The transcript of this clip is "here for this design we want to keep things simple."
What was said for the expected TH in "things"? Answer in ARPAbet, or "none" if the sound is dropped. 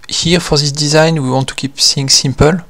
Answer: S